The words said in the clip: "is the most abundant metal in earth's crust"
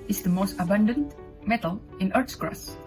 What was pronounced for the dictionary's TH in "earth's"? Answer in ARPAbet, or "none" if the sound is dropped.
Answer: T